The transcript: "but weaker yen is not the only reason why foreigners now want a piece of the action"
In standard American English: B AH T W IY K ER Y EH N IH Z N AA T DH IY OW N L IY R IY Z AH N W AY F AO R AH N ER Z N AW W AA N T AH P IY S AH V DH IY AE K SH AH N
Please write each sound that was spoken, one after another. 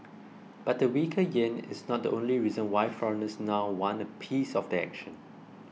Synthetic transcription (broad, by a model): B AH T W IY K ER Y EH N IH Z N AA T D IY OW N L IY R IY Z AH N W AY F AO R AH N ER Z N AW W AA N AH P IY S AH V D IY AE K SH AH N